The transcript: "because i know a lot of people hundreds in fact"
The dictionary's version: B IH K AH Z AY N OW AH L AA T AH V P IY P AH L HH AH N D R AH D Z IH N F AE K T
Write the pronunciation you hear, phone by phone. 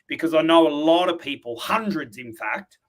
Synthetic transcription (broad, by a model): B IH K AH Z AY N OW AH L AA T AH V P IY P AH L HH AH N D R AH D Z IH N F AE K T